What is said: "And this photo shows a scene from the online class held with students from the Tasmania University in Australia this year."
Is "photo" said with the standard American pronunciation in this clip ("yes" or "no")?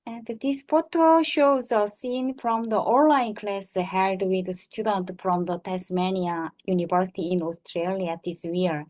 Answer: no